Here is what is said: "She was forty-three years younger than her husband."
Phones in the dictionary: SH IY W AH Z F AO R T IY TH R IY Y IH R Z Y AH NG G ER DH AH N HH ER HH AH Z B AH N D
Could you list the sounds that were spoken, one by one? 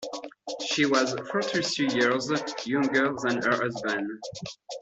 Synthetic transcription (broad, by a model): SH IY W AH Z F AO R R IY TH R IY Y IH R Z Y AH NG G ER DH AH N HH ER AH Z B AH N